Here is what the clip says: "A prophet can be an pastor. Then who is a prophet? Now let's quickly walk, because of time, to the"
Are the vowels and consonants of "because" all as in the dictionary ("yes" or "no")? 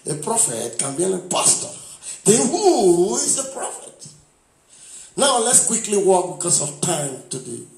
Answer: no